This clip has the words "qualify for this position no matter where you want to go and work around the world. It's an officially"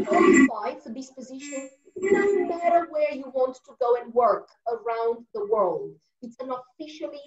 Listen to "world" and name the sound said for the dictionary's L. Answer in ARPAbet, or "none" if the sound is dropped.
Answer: L